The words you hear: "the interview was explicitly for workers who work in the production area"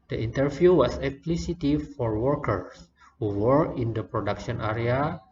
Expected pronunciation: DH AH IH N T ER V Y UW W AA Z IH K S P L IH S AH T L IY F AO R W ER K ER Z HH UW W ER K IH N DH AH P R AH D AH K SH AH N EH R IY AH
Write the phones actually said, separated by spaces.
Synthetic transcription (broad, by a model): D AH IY N T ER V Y UW W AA S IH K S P L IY S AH T IY F AO R W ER K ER S HH UW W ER IH N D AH P R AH D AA K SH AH N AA R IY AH